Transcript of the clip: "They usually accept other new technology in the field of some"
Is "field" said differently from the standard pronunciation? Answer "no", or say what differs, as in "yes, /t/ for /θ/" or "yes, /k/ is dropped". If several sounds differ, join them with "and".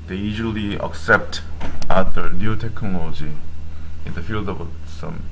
no